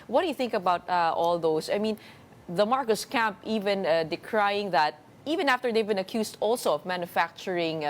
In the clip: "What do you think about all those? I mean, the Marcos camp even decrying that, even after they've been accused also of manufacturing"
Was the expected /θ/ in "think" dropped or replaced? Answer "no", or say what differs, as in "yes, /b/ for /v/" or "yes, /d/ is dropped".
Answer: no